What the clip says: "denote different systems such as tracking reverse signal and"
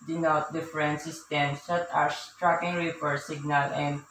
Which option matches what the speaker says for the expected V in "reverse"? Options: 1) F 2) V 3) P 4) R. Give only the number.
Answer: 3